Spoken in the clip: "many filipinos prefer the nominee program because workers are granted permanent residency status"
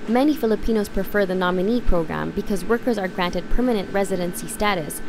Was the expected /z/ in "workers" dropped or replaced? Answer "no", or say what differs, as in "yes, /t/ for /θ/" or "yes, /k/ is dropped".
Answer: no